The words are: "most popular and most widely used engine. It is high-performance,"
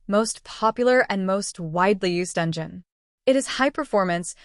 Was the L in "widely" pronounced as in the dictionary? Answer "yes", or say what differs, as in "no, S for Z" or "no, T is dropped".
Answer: yes